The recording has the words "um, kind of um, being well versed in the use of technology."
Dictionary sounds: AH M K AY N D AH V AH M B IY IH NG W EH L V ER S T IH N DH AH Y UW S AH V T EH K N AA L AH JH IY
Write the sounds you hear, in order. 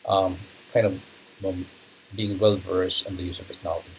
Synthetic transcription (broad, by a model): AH M K AY N D AH V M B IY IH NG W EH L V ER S IH N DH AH Y UW S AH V T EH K N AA L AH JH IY